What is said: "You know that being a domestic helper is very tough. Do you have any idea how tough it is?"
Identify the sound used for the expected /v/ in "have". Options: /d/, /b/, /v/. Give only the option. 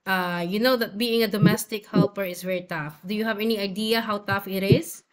/v/